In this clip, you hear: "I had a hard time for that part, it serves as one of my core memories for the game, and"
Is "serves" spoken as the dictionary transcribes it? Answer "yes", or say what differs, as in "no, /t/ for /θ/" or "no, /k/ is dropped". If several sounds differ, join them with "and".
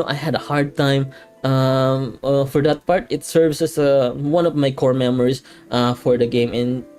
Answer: no, /s/ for /z/